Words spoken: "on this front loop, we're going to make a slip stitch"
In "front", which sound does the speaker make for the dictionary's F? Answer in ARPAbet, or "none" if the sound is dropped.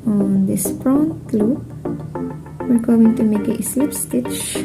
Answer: P